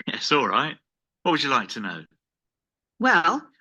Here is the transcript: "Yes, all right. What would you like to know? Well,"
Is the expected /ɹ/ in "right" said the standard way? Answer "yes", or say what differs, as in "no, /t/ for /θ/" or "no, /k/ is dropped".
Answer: yes